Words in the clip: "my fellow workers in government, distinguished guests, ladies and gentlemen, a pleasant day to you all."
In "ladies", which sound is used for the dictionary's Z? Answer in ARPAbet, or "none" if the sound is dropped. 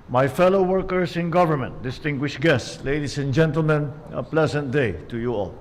S